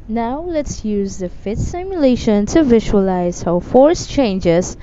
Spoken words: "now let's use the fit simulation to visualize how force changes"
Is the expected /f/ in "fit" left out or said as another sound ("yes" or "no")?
no